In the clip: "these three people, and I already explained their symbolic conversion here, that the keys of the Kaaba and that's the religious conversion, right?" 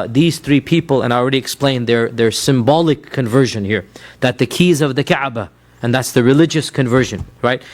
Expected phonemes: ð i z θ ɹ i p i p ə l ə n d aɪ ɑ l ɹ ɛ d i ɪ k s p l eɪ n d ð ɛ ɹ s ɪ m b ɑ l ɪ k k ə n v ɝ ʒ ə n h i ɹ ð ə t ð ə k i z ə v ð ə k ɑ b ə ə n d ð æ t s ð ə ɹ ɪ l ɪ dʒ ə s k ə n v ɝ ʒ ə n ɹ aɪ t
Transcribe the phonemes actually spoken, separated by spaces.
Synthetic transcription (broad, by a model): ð i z θ ɹ i p i p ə l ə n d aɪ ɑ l ɹ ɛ d i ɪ k s p l eɪ n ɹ ð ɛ ɹ s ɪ m b ɑ l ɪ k k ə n v ɝ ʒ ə n h i ɹ ð ə t ð ə k i z ə v ð ə k ɑ b ə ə n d ð æ t s ð ə ɹ ɪ l ɪ dʒ ə s k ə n v ɝ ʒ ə n ɹ aɪ t